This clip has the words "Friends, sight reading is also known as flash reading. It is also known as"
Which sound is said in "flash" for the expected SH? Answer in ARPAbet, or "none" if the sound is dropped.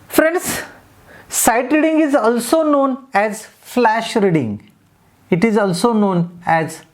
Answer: SH